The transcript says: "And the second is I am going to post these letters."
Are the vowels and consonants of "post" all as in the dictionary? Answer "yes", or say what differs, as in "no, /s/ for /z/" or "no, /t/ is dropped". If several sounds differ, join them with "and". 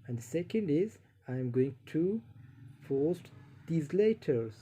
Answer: no, /f/ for /p/